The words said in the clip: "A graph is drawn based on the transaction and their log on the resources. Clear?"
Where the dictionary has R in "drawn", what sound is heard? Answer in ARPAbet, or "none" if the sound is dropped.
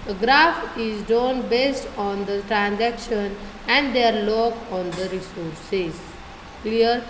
none